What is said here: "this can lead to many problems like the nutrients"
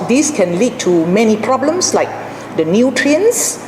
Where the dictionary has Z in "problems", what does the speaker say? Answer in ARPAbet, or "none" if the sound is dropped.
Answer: S